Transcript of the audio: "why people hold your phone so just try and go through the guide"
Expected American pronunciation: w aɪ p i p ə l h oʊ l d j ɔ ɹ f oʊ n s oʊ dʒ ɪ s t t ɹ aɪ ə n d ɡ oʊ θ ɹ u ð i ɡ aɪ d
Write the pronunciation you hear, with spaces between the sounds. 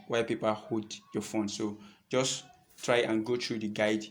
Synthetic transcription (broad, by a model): w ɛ p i p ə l h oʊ d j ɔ f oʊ n s oʊ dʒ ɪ s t t ɹ aɪ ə n ɡ oʊ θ ɹ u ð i ɡ aɪ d